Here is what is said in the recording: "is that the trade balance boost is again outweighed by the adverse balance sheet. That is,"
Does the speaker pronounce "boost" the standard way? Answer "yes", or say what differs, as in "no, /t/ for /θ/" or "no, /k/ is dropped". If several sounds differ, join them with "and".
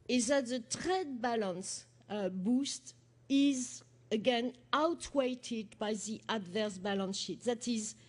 yes